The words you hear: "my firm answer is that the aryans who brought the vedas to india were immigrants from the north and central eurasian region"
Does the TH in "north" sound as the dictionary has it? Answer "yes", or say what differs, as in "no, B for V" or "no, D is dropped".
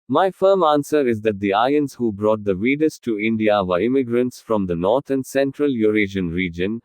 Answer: no, T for TH